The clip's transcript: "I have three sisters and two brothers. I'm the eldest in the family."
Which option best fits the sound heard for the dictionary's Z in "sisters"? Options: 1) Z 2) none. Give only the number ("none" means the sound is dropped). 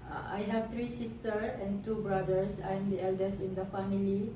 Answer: 2